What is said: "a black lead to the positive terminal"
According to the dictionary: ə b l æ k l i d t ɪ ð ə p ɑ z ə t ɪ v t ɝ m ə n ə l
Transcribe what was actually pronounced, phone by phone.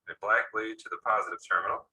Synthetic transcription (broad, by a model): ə b l æ k l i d t ɪ ð ə p ɑ z ə t ɪ v t ɝ m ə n l